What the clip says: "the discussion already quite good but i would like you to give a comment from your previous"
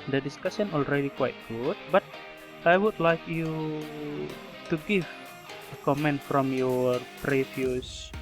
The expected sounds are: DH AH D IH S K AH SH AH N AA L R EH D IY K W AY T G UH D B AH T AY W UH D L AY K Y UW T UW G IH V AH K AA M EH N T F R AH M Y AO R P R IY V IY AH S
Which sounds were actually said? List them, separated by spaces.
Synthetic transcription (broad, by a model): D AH D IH S K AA S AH N AA L R EH D IY K W AY T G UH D B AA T AY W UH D L AY K Y UW T UW G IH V AH K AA M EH N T F R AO M Y AO R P R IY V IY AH S